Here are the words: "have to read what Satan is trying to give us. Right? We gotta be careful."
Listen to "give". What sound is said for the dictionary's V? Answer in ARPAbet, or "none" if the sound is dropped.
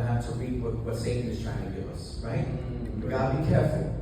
none